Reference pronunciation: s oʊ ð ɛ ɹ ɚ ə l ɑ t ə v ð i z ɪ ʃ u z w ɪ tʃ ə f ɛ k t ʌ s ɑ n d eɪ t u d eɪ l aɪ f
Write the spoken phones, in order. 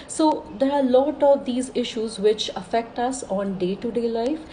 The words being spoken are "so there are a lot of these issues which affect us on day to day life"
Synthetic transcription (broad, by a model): s oʊ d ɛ ɹ ə l ɑ t ə v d i z ɪ ʃ u z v ɪ tʃ ə f ɛ k t ʌ s ɑ n d eɪ t u d eɪ l aɪ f